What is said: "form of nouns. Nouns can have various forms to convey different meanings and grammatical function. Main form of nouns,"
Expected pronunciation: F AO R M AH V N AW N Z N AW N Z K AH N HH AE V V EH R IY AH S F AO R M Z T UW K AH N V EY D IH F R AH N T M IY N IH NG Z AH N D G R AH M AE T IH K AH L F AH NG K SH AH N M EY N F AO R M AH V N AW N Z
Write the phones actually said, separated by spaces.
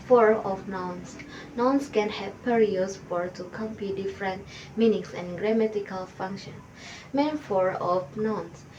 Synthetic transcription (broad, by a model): F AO R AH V N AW N S N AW N S K AH N HH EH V P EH R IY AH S F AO R T UW K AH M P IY D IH F R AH N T M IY N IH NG S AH N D G R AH M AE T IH K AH L F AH NG K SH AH N M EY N F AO R AH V N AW N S